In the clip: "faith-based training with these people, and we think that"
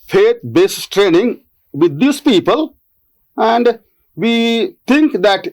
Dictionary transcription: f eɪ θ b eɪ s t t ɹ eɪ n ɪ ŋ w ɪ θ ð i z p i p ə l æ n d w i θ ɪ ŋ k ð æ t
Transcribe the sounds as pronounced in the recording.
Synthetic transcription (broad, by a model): f eɪ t b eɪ s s t ɹ eɪ n ɪ ŋ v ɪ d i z p i p ə l æ n d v i t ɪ ŋ k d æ t